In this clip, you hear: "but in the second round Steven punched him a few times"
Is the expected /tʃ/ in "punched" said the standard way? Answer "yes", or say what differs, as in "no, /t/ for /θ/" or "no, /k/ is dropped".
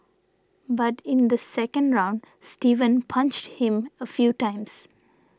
yes